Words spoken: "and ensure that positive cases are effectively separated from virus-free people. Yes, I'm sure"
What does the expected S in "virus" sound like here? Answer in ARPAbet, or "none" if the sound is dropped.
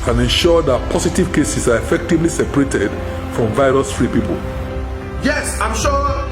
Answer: S